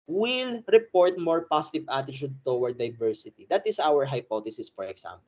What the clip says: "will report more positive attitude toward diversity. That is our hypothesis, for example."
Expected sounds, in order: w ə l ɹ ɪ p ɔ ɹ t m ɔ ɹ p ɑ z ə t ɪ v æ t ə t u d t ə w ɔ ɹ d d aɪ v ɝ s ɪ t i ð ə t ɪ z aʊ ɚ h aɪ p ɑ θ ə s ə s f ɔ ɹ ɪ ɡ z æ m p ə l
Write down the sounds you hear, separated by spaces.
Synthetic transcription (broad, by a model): w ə l ɹ ɪ p ɔ ɹ t m ɔ ɹ p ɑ s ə t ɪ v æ t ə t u d t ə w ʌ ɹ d d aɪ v ɝ s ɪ t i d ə t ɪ s aʊ ɚ h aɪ p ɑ t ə s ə s f ɔ ɹ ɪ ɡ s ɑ m p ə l